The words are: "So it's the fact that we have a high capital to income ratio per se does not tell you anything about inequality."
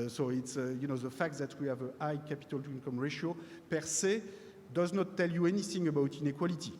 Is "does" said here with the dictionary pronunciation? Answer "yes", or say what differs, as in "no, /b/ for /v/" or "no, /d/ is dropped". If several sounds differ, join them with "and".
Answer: yes